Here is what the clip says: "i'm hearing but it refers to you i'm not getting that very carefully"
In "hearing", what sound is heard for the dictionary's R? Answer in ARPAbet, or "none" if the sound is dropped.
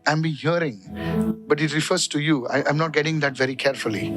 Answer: R